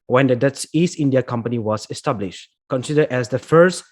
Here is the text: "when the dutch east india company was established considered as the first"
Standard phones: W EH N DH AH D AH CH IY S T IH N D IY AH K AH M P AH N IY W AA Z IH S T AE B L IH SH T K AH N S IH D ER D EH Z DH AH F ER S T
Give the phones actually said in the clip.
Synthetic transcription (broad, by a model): W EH N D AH D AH S IY S T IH N D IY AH K AH M P AH N IY W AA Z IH S T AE B L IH SH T K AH N S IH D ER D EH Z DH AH F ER S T